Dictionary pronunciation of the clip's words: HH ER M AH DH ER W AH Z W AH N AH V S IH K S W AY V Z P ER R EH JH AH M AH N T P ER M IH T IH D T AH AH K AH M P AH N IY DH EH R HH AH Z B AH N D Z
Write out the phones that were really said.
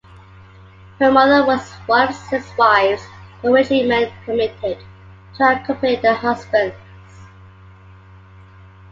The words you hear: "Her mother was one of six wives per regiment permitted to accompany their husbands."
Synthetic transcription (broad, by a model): HH ER M AH DH ER W AH Z W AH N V S IH K S W AY V Z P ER W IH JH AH M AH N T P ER M IH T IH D T AH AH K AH P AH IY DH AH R HH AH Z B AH N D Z